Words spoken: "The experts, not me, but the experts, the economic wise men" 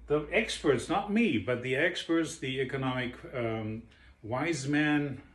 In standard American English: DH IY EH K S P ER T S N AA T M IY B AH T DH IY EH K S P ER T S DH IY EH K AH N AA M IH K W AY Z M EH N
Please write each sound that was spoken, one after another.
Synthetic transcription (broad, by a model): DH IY EH K S P ER T S N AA T M IY B AH T DH IY EH K S P ER T S DH IY EH K AH N AA M IH K W AY Z M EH N